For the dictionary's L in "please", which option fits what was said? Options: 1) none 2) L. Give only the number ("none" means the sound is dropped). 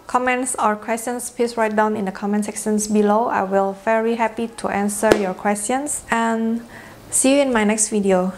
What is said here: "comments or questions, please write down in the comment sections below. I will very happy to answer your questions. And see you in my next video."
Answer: 1